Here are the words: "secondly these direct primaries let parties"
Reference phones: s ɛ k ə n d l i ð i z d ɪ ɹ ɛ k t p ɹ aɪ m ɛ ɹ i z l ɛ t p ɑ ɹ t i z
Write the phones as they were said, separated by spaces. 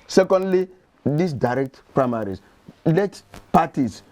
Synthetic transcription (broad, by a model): s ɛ k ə n d l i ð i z d ɪ ɹ ɛ k t p ɹ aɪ m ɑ ɹ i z l ɛ t p ɑ t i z